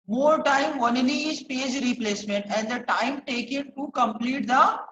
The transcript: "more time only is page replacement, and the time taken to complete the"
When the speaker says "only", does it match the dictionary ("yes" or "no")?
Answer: no